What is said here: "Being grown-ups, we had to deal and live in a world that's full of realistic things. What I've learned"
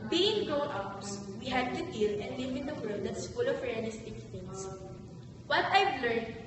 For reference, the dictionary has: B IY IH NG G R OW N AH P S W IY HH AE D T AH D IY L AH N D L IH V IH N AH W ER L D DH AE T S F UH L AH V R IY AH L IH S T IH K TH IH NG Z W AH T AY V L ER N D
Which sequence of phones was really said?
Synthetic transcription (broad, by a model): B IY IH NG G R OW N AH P S W IY HH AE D T AH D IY L AH N D L IH V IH N AH W ER L D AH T S F UH L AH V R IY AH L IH S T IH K T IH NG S W AH T AY V L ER N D